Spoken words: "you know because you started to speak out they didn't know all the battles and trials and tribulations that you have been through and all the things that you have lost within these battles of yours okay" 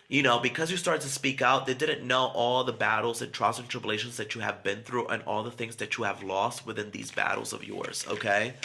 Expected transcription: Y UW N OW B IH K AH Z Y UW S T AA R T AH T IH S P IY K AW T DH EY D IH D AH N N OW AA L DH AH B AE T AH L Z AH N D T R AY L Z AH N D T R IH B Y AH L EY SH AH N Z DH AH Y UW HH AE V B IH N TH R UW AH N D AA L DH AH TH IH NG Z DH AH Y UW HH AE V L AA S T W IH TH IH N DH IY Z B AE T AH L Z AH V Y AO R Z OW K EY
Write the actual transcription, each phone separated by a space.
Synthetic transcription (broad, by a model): Y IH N OW B IH K AH Z Y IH S T AA R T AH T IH S P IY K AW T DH EY D IH D N N OW AA L DH AH B AE T L Z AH N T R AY Z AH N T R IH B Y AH L EY SH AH N Z DH AH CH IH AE V B IH N TH R UW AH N AA L DH AH TH IH NG Z DH AH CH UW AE V L AA S T W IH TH IH N DH IY Z B AE T L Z AH V Y AO R Z OW K EY